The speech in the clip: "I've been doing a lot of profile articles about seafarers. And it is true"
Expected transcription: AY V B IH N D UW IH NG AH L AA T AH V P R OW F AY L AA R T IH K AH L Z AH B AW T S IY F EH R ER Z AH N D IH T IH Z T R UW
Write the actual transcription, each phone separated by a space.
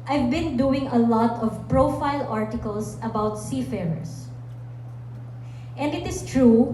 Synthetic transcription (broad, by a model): AY V B IH N D UW IH NG AH L AA T AH V P R OW F AY L AA R T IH K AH L S AH B AW T S IY F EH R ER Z AH N D IH T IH S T R UW